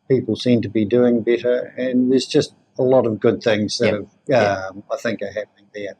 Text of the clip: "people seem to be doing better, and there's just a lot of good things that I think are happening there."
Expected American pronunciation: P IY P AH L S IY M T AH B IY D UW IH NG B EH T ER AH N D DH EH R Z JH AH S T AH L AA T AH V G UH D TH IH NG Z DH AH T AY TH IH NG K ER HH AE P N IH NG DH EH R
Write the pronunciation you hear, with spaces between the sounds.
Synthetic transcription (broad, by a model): P IY P L S IY M T AH B IY D UW IH NG B EH T ER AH N DH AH R Z JH AH S T AH L AA T AH V G UH D TH IH NG Z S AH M AY TH IH NG K ER HH AE P N IH NG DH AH R